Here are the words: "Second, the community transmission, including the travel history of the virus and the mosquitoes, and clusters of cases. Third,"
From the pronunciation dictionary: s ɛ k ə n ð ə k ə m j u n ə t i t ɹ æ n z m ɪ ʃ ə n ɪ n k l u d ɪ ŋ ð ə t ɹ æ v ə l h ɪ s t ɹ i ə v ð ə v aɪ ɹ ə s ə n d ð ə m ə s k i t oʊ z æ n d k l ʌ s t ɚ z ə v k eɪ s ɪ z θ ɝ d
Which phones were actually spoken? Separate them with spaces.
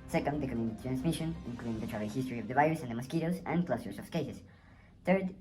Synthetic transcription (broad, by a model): s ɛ k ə n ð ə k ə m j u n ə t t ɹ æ n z m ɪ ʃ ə n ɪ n k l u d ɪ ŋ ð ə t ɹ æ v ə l h ɪ s t ɹ i ə v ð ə v aɪ ɹ ə s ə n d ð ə m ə s k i t oʊ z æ n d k l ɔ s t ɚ s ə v k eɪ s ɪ s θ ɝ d